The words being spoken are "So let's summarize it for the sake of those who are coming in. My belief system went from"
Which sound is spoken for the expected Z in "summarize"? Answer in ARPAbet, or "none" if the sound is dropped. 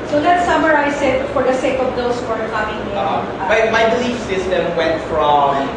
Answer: S